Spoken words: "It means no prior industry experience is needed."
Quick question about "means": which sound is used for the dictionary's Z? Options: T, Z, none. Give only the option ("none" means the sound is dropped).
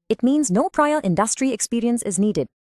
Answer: Z